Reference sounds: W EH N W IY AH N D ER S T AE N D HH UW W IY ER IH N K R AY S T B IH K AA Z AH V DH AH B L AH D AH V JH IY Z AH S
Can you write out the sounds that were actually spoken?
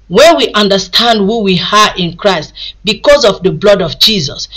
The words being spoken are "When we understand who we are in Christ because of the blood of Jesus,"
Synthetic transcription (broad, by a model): W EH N W IY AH N D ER S T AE N D HH UW W IY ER IH N K R AY S T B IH K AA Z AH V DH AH B L AH D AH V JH IY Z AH S